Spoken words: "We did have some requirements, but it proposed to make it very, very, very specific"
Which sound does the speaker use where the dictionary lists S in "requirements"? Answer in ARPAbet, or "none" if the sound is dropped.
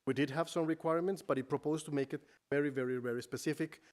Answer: S